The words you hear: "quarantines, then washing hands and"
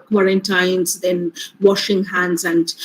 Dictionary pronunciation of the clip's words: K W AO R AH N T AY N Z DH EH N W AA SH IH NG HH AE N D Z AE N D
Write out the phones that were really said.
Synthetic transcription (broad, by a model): K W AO R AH N T AY N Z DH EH N W AA SH IH NG HH AE N D Z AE N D